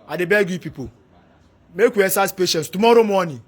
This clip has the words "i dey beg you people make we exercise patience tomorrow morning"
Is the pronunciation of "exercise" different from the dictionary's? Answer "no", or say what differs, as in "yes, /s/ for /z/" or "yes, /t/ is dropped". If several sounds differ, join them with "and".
yes, /k/ is dropped